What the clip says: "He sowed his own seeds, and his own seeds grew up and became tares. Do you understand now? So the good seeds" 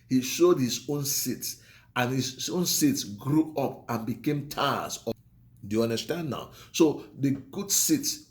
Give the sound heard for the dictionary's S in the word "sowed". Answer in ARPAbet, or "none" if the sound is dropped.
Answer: SH